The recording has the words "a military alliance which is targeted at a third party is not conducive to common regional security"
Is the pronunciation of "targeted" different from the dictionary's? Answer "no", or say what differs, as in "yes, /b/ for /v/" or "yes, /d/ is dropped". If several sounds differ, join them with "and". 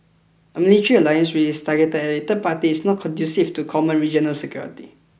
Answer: yes, /d/ is dropped